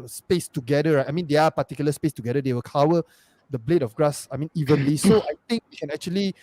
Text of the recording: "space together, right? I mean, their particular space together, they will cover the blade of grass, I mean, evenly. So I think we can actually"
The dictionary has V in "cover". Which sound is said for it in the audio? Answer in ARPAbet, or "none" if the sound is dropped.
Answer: W